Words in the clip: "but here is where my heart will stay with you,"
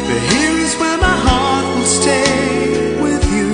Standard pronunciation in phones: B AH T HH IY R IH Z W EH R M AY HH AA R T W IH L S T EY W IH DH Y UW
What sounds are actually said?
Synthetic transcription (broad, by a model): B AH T HH IY R IH Z W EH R M AY HH AA R T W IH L S T EY W IH DH Y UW